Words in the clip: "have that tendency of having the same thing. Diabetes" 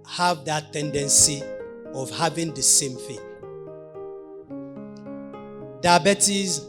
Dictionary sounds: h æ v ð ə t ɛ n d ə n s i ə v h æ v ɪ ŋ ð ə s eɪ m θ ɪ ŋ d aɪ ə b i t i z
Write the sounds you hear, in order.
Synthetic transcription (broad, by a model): h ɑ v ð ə t ɛ n d ə n s i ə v h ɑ v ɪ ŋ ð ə s eɪ m f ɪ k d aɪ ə b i t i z